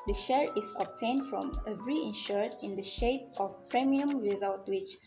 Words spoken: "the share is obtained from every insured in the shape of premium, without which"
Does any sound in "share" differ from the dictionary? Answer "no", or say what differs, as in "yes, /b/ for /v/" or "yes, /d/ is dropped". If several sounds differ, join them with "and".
no